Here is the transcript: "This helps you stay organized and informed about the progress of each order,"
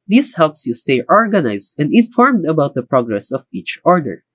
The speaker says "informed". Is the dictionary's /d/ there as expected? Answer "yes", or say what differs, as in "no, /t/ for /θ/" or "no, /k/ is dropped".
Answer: yes